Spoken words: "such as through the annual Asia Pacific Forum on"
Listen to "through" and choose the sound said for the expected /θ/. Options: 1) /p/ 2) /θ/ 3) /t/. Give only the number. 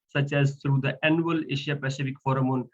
3